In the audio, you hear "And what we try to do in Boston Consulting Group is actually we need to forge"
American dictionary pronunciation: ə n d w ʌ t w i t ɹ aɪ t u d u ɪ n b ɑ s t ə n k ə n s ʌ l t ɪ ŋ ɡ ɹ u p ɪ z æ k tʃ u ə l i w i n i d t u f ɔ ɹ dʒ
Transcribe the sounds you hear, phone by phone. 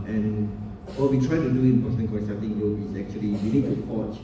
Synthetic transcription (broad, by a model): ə n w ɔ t w i t ɹ aɪ t u d u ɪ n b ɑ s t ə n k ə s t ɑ t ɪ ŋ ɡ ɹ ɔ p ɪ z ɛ k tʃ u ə l i w i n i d t u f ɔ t